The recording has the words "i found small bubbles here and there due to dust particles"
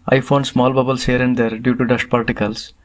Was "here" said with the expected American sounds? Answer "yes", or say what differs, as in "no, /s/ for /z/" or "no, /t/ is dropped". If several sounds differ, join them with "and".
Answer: yes